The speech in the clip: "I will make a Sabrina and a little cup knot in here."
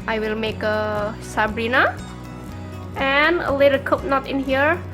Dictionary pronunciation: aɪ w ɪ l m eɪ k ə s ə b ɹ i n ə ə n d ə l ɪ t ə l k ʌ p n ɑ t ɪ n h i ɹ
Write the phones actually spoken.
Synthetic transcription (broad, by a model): aɪ w ɪ l m eɪ k ə s ə b ɹ i n ə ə n ə l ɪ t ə k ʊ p n ɑ t ɪ n h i ɹ